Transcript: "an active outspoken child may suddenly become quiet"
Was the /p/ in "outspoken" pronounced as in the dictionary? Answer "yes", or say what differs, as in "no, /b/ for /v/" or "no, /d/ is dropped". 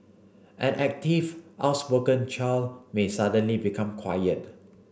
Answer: no, /b/ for /p/